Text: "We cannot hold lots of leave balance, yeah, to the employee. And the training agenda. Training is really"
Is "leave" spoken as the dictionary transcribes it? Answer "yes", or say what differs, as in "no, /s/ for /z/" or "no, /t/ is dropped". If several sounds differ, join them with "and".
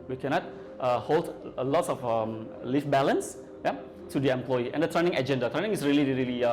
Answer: no, /f/ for /v/